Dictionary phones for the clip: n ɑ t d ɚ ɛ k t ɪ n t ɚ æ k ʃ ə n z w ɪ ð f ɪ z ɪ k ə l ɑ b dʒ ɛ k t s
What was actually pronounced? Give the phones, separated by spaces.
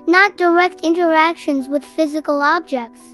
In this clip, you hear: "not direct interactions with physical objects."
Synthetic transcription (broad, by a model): n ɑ t d ɚ ɛ k t ɪ n t ɚ æ k ʃ ə n z w ɪ ð f ɪ z ɪ k ə l ɑ b dʒ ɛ k t s